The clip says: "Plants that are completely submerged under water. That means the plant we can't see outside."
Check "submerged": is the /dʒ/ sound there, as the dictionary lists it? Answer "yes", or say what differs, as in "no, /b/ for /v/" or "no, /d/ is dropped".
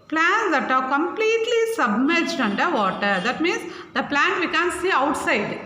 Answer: yes